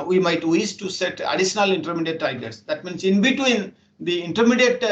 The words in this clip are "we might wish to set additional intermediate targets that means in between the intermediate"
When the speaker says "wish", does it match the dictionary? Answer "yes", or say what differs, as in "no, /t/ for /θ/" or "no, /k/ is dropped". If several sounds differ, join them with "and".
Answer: no, /s/ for /ʃ/